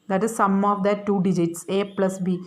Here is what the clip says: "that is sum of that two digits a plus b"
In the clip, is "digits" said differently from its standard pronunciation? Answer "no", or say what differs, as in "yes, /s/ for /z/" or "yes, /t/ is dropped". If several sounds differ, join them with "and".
no